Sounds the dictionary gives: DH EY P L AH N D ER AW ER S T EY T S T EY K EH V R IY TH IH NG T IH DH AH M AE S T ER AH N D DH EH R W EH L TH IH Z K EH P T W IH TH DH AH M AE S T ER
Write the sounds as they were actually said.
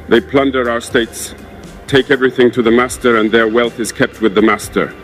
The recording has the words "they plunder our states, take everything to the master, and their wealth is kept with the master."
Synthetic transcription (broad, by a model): DH EY P L AH N D ER AW ER S T EY T S T EY K EH V R IY TH IH NG T IH DH AH M AE S T ER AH N DH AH R W EH L TH IH Z K EH P T W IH DH AH M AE S T ER